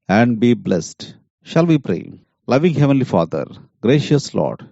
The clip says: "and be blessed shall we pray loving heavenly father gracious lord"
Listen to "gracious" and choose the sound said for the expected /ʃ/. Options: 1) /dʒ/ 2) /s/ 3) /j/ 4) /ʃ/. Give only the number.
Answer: 4